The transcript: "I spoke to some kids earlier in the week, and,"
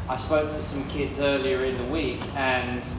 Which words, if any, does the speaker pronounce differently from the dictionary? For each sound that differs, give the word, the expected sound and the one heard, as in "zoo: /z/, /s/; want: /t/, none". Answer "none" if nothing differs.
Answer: none